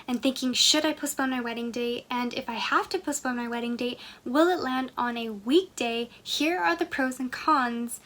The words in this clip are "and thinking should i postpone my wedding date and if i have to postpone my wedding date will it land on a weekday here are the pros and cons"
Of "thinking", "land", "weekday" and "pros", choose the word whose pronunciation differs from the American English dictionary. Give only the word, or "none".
none